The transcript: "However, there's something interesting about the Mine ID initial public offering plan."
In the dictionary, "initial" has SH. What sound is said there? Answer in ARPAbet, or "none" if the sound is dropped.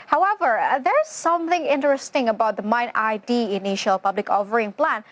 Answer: SH